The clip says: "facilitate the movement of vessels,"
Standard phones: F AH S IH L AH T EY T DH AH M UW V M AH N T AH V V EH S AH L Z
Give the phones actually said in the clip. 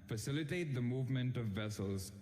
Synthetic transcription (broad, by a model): F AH S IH L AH T EY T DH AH M UW V M AH N T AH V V EH S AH L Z